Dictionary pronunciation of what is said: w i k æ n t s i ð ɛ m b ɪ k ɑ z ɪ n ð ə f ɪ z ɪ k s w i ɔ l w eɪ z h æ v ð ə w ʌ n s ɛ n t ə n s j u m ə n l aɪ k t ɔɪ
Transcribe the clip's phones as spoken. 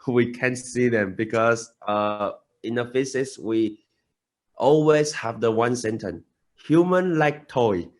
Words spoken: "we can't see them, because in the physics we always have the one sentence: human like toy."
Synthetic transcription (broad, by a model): w i k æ n s i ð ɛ m b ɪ k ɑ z ɪ n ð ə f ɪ s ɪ s w i ɔ l w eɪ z h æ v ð ə w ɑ n s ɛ n t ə n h j u m ə n l aɪ k t ɔɪ